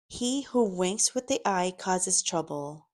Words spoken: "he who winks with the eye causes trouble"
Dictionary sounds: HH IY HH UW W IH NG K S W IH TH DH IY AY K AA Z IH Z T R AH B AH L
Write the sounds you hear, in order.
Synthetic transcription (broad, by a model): HH IY HH UW W IH NG K S W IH DH IY AY K AA Z IH Z T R AH B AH L